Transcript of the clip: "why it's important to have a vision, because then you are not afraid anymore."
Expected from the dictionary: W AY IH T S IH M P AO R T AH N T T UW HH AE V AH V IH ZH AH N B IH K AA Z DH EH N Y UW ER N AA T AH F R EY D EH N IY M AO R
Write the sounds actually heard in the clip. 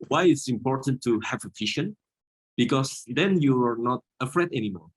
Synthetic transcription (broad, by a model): W AY IH T S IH M P AO R T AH N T T UW HH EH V AH F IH SH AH N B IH K AA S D EH N Y UW ER N AA T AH F R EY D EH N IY M AO R